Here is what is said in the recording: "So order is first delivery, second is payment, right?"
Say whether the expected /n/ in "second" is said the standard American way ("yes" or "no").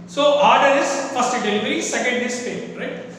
yes